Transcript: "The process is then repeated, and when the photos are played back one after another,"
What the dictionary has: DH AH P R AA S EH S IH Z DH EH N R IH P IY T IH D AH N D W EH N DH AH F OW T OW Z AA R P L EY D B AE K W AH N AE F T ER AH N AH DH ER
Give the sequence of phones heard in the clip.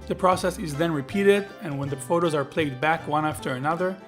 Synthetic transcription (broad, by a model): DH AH P R AA S EH S IH Z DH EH N R IH P IY T IH D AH N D W EH N DH AH F OW T OW Z AA R P L EY D B AE K W AH N AE F T ER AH N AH DH ER